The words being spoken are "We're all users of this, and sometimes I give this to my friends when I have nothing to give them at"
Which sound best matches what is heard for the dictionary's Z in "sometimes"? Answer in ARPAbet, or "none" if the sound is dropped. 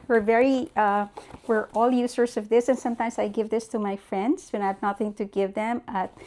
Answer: S